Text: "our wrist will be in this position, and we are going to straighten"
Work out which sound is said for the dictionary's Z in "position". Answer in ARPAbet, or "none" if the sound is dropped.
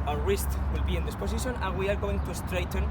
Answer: S